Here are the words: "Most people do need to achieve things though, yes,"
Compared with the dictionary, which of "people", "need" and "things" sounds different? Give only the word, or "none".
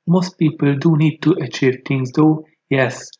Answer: things